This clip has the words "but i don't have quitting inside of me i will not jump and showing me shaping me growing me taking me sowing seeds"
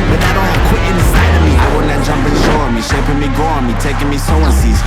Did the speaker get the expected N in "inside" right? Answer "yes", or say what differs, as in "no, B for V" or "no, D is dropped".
no, N is dropped